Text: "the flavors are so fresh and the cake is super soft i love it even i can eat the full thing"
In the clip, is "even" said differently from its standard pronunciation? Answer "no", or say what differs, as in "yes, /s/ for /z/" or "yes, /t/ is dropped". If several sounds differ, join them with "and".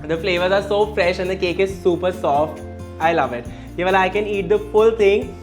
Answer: yes, /l/ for /n/